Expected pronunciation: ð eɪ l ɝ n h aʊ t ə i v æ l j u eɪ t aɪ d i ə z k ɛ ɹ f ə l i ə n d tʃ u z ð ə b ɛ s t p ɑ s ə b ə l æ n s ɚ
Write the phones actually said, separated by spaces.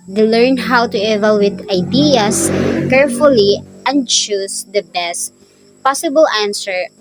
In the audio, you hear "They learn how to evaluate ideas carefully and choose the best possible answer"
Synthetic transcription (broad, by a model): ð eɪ l ɝ n h aʊ t ə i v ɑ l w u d aɪ d i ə s k ɛ ɹ f ə l i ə n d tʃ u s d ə b ɛ s t p ɑ s ə b ə l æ n s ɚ